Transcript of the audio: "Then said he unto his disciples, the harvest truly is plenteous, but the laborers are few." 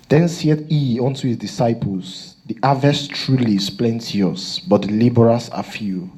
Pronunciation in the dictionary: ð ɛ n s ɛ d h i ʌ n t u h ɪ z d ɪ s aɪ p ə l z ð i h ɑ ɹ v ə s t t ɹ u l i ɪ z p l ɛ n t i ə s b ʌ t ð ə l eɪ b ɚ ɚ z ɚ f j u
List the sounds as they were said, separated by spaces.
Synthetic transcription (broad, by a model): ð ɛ n s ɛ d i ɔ n t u h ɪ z d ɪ s aɪ p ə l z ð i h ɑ v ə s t t ɹ u l i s p l ɛ n t i ə s b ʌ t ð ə l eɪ b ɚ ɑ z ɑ f j u